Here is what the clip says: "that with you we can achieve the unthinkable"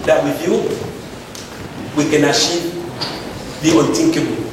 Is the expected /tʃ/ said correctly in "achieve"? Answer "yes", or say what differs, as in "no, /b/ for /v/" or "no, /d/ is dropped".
no, /ʃ/ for /tʃ/